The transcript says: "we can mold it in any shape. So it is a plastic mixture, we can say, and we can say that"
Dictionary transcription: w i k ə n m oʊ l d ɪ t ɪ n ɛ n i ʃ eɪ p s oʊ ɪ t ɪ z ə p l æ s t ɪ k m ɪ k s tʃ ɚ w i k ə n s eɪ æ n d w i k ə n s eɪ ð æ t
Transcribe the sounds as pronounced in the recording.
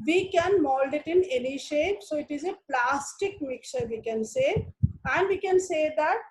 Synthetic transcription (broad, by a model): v i k ə n m oʊ l d ɪ t ɪ n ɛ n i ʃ eɪ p s oʊ ɪ t ɪ z ə p l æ s t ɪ k m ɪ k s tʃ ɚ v i k ə n s eɪ æ n d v i k ə n s eɪ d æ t